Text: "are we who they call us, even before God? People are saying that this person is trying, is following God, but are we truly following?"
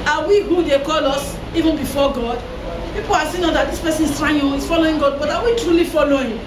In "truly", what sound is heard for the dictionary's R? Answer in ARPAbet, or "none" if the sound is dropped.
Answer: R